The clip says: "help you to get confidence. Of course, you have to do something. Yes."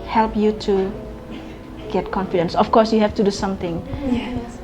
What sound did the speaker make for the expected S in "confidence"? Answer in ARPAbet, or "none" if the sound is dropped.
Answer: S